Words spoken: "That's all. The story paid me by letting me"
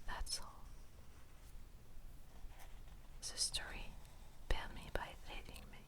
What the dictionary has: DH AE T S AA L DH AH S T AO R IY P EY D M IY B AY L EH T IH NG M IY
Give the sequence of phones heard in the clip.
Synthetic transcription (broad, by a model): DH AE T S AA L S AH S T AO R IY B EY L M IY B AY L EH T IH NG M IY